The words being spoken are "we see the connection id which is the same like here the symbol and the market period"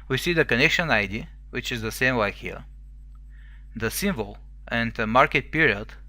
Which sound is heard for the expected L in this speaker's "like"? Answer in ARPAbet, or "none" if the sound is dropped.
W